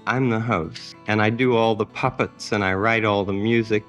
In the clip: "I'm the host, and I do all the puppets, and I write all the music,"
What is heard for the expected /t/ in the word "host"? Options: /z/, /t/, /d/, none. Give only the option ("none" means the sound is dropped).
none